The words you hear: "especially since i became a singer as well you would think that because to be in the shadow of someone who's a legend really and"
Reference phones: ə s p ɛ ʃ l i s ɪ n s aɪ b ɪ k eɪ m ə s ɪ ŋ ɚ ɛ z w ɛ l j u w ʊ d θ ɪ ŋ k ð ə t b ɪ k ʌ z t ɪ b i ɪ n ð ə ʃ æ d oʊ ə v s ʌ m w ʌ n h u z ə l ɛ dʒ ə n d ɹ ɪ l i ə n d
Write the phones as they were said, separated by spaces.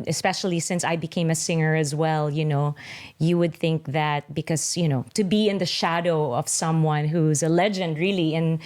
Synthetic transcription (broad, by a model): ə s p ɛ ʃ l i s ɪ n s aɪ b ɪ k eɪ m ə s ɪ ŋ ɚ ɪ z w ɛ l j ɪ w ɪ d θ ɪ ŋ k ð ə t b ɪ k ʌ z t ɪ b i ɪ n ð ə ʃ æ d oʊ ə v s ʌ m w ʌ n h u z ə l ɛ dʒ ə n d ɹ ɪ l i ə n